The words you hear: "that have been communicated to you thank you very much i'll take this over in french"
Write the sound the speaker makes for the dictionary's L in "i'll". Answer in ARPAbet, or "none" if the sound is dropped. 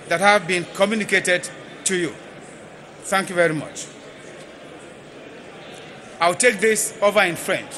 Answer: W